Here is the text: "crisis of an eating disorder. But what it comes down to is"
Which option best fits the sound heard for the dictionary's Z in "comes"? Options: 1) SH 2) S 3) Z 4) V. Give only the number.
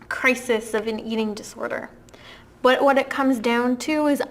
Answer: 3